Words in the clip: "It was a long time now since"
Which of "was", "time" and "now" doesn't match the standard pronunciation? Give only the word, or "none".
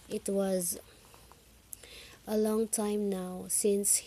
none